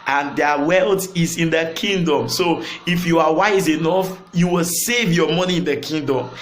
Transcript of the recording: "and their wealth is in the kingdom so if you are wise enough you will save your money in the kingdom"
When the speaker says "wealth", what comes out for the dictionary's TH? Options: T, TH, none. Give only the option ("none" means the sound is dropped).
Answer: T